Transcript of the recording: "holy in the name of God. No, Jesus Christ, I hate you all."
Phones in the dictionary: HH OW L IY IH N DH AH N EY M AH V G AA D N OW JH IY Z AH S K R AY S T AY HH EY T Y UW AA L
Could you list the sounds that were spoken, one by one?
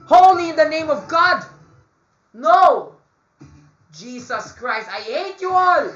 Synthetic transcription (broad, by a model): HH OW L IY IH N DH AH N EY M AH V G AA D N OW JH IY S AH S K R AY S T AY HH EY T Y UW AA L